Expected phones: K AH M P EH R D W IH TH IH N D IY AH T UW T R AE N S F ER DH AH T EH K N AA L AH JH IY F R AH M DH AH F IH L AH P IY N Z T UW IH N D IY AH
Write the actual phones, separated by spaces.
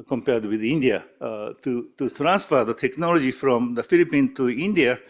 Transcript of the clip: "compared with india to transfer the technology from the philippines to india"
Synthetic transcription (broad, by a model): K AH M P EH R D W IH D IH N D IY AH T UW T R AE N S F ER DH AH T EH K N AA L AH JH IY F R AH M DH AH F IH L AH P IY N T UW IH N D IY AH